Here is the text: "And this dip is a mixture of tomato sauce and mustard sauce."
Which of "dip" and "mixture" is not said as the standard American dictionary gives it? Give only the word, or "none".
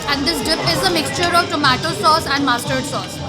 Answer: none